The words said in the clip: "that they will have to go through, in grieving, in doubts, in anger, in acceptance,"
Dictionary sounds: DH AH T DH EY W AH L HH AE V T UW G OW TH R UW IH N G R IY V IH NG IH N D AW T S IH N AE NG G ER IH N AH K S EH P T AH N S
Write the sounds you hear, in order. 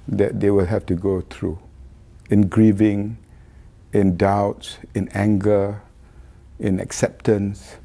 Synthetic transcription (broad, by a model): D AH T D EY W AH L HH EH F T UW G OW T R UW IH N G R IY V IH NG IH N D AW T S IH N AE NG G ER IH N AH K S EH P T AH N S